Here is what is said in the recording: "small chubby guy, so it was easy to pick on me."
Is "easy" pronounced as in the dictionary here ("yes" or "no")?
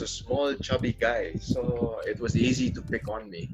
yes